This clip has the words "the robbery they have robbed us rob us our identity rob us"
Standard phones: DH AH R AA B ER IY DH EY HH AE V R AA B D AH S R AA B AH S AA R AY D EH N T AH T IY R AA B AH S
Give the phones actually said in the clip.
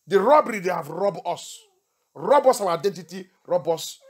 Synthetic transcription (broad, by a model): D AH R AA B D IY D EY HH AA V R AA B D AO S R AA B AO S AA W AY D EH N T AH T IY R AA B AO S